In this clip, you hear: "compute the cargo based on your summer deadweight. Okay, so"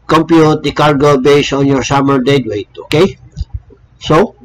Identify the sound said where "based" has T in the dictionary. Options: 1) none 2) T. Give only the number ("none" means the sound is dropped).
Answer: 1